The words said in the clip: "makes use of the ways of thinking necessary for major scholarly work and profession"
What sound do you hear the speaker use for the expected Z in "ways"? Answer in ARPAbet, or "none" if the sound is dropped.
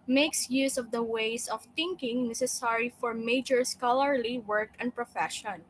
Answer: S